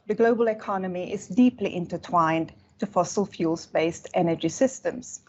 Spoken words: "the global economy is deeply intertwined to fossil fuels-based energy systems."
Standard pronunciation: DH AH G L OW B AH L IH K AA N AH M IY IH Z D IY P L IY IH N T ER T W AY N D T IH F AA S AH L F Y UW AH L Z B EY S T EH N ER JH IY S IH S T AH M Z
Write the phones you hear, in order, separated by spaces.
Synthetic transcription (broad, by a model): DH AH G L OW B AH L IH K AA N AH M IY IH Z D IY P L IY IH N T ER T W AY N T IH F AA S AH L F Y UW L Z B EY S T EH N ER JH IY S IH S T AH M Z